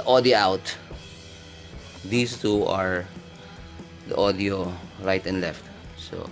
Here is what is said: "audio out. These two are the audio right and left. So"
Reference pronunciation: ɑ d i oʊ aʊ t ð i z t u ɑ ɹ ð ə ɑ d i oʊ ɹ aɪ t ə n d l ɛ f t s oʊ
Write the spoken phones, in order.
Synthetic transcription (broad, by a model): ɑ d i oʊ aʊ t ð i s t u ɑ ɹ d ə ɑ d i oʊ ɹ aɪ t ə n d l ɛ f t s oʊ